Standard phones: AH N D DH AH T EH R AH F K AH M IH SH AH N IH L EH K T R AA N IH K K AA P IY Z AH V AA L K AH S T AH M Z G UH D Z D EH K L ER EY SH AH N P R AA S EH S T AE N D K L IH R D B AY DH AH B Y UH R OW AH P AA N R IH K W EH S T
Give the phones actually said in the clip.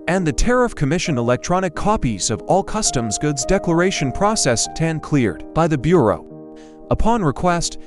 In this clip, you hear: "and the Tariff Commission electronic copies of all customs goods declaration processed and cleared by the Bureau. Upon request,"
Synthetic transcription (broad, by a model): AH N DH AH T EH R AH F K AH M IH SH AH N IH L EH K T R AA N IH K K AA P IY Z AH V AA L K AH S T AH M Z G UH D Z D EH K L ER EY SH AH N P R AA S EH S T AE N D K L IH R D B AY DH AH B Y UH R OW AH P AA N R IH K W EH S T